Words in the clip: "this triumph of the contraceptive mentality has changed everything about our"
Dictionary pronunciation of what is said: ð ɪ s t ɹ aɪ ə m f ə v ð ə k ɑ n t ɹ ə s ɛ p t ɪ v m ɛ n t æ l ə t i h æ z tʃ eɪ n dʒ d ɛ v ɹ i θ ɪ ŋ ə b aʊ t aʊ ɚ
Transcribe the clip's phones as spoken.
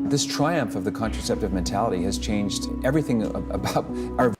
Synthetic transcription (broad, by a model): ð ɪ s t ɹ aɪ ə m f ə v ð ə k ɑ n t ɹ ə s ɛ p t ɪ v m ɛ n t æ l ə t i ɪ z tʃ eɪ n dʒ d ɛ v ɹ i θ ɪ ŋ ə b aʊ t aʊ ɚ